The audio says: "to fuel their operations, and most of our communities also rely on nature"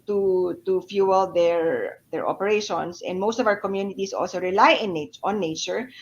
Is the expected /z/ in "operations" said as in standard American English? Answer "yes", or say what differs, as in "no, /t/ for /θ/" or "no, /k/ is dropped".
no, /s/ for /z/